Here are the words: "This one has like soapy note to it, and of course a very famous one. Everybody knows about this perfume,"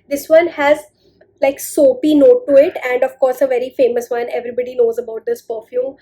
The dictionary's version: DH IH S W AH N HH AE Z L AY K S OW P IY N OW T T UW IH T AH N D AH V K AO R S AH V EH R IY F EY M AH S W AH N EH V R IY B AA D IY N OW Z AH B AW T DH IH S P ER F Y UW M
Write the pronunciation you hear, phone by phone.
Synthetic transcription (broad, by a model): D IH S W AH N HH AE Z L AY K S OW P IY N OW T T UW IH T AH N D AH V K AO R S AH V EH R IY F EY M AH S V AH N EH V R IY B AA D IY N OW Z AH B AW T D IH S P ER F Y UW M